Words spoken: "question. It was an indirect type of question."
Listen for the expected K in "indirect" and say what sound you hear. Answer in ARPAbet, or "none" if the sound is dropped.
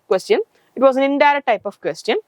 none